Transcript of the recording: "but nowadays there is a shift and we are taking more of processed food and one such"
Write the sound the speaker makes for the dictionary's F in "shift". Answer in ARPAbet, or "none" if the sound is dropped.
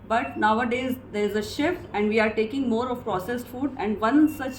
F